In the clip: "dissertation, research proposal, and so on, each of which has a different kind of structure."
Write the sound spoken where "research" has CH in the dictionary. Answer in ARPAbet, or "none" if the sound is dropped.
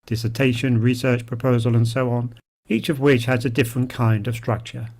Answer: CH